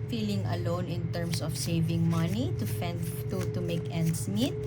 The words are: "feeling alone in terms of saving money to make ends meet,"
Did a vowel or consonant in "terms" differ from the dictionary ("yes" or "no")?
yes